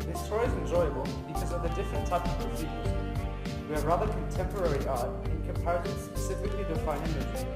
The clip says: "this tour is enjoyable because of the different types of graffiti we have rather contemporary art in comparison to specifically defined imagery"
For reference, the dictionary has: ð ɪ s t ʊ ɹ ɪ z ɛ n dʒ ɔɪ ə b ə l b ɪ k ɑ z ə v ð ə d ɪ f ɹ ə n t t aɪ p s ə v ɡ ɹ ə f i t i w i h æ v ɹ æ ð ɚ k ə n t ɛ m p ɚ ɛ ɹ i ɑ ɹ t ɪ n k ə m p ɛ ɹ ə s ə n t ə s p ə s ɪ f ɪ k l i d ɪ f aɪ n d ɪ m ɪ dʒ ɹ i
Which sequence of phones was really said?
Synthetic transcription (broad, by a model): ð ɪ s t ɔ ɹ ɪ z ɛ n dʒ ɔɪ ə b ə l b ɪ k ɑ z ə v ð ə d ɪ f ɹ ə n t t aɪ p ə v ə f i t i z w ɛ ɹ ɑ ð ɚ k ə n t ɛ m p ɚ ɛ ɹ i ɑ ɪ n k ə m p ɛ ɹ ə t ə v s p ə s ɪ f ɪ k l i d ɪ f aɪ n ɪ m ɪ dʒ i